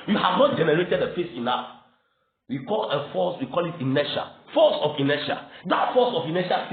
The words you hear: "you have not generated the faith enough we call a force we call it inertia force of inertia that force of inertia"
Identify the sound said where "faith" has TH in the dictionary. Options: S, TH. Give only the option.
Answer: S